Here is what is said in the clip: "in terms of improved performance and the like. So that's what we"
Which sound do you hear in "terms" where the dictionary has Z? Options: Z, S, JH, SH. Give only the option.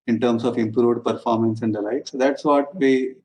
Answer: S